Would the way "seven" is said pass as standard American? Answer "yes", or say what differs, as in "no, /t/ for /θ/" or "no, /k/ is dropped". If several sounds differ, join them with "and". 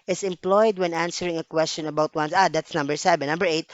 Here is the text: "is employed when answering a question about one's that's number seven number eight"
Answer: no, /b/ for /v/